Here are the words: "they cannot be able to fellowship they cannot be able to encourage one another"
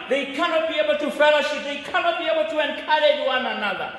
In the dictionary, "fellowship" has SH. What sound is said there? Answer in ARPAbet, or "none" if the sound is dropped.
SH